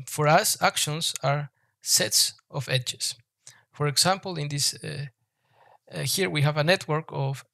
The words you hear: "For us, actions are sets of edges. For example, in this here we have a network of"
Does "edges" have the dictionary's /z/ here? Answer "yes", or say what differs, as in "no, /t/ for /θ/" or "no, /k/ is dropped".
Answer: no, /s/ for /z/